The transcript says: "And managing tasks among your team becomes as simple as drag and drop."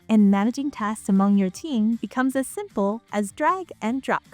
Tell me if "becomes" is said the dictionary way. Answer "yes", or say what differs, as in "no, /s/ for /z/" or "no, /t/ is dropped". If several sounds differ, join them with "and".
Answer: yes